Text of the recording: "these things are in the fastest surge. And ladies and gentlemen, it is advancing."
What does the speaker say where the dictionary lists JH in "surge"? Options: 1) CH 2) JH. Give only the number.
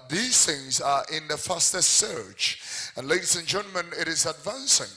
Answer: 1